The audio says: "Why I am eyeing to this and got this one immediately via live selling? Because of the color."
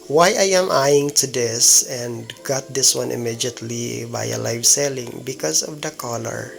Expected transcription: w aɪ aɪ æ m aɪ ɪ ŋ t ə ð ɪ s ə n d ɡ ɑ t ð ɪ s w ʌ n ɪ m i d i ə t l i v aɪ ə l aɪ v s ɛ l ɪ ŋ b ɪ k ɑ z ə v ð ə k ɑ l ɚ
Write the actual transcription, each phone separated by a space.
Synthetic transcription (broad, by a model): w aɪ aɪ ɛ m aɪ ɪ ŋ t ə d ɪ s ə n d ɡ ɑ t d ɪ s w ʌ n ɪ m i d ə t l i b aɪ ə l aɪ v s ɛ l ɪ ŋ b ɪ k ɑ s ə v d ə k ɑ l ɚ